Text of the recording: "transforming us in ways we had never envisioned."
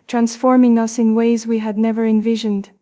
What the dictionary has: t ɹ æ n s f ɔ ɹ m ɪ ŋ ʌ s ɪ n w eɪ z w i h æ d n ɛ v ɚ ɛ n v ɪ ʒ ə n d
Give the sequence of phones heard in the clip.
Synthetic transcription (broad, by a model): t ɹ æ n s f ɔ ɹ m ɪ ŋ ʌ s ɪ n w eɪ z w i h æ d n ɛ v ɚ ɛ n v ɪ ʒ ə n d